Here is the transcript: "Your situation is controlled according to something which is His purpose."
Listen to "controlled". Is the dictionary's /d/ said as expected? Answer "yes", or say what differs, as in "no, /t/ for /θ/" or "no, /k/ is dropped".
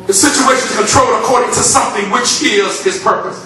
no, /d/ is dropped